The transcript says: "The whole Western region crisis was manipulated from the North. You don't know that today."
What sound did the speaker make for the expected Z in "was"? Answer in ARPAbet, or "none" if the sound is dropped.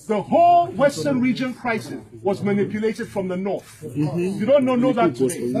Z